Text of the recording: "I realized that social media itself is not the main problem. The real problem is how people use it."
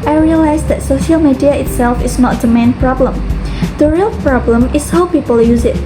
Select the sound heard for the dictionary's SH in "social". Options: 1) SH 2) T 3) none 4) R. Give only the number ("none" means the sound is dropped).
1